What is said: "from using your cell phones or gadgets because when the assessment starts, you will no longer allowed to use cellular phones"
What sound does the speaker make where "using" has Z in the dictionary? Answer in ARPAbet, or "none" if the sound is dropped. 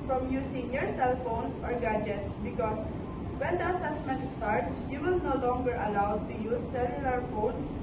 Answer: S